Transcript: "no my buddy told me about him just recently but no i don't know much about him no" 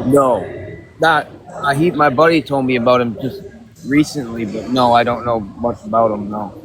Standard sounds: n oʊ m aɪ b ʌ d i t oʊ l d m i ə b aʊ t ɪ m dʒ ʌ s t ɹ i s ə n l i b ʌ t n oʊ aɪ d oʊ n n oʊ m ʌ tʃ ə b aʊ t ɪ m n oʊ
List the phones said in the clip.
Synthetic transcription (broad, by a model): n oʊ m aɪ b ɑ d i t oʊ l d m i ə b aʊ t ɪ m dʒ ʌ s t ɹ i s ə n l i b ʌ t n oʊ aɪ d oʊ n n oʊ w ʌ s ə b aʊ t ɪ m n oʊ